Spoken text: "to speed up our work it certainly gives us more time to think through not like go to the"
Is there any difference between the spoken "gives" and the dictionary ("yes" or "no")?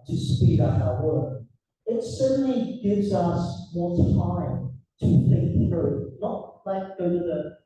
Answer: no